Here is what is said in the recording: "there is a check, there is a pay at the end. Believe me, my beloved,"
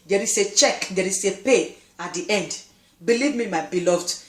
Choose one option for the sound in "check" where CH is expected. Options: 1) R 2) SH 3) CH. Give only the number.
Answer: 3